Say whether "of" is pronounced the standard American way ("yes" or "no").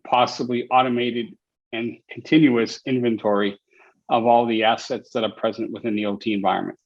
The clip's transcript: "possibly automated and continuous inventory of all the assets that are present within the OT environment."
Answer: yes